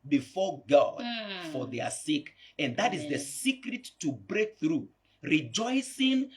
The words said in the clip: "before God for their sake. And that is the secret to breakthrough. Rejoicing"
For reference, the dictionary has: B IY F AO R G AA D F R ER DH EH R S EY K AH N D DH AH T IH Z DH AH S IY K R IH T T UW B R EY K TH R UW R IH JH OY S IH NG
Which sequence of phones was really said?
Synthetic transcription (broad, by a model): B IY F AO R G AA D F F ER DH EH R S EY K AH N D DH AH T IH Z DH AH S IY K R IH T T UW B R EY K TH R UW R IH JH OY S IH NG